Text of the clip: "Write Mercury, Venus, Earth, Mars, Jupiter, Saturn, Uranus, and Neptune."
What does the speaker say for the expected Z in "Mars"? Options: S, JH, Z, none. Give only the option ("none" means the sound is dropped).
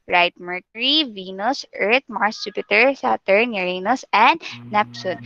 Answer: S